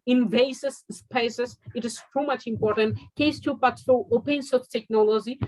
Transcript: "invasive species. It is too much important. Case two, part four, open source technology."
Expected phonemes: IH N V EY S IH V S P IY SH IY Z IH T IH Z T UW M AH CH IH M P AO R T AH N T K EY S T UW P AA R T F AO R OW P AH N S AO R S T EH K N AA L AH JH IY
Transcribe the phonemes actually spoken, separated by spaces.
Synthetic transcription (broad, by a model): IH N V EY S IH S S P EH S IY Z IH T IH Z T UW M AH CH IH M P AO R T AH N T K EY S T UW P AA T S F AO OW P AH N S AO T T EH K N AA L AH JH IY